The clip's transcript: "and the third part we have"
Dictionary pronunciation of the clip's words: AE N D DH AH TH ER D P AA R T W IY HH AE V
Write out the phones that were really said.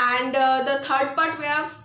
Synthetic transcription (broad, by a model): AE N D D AH T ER D P AA R T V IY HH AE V